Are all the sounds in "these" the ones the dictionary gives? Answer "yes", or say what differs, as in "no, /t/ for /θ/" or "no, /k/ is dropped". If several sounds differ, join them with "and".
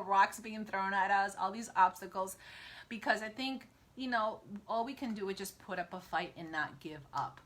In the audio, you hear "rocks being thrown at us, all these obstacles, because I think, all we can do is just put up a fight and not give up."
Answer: yes